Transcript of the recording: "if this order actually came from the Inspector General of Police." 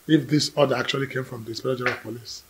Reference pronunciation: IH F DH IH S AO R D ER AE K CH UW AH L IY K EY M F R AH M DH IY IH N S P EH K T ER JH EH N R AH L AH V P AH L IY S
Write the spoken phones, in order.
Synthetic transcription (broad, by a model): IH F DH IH S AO D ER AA K CH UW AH L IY K EY M F R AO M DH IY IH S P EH T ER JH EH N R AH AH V P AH L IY S